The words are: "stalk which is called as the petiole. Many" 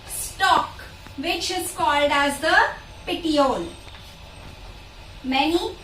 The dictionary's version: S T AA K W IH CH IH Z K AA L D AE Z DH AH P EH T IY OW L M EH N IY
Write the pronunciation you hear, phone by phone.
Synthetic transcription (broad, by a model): S T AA K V IH CH IH Z K AA L D AE Z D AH P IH T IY OW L M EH N IY